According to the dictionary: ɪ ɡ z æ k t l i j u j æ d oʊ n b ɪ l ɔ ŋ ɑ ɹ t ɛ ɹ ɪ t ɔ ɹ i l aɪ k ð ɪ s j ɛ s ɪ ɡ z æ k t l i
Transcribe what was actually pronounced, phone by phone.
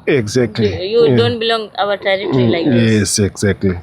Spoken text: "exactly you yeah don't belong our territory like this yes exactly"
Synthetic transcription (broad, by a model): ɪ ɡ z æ k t l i j u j d oʊ n b ɪ l ɔ ŋ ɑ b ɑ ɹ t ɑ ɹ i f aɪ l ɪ j ɛ s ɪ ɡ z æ k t l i